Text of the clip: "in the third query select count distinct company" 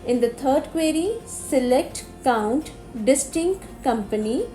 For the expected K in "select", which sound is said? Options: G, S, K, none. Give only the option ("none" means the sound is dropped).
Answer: K